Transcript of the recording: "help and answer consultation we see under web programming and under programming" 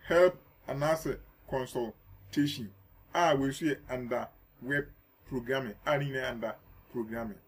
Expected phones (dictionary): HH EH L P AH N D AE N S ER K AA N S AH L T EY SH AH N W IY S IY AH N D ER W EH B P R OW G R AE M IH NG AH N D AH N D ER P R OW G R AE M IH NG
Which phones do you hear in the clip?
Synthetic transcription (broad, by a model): HH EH L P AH N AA S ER K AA N S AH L T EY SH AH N W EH S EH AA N D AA W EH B P R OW G R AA M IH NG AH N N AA N D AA P R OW G R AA M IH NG